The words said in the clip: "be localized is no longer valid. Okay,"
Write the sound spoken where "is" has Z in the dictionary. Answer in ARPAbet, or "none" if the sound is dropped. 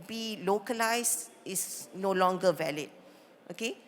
S